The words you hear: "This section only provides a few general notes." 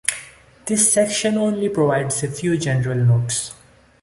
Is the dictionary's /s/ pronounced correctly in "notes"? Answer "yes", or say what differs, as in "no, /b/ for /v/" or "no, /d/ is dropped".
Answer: yes